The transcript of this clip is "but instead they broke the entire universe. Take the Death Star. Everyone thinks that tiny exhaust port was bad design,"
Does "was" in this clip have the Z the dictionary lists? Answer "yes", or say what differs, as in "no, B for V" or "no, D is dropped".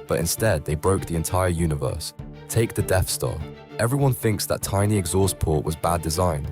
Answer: yes